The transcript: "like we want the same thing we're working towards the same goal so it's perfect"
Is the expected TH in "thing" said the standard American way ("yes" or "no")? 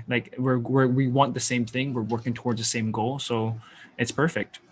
yes